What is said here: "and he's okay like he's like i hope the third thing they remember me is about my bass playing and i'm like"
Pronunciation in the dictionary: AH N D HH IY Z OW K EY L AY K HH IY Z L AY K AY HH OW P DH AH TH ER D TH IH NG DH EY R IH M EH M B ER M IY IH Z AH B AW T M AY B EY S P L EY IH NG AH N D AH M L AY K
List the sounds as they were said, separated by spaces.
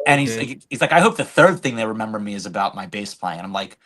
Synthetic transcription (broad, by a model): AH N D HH IY Z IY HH IY Z L AY K AY HH OW P DH AH TH ER D TH IH NG DH EY R IH M EH M B ER M IY IH Z AH B AW T M AY B EY S P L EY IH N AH AH M L AY K